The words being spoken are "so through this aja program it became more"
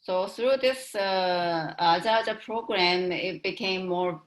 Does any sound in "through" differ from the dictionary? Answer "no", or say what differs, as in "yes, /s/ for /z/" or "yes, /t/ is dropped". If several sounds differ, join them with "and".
yes, /s/ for /θ/